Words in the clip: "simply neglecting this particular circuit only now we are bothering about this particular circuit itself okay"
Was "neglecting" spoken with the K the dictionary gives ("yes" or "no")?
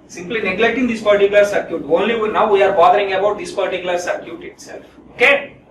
yes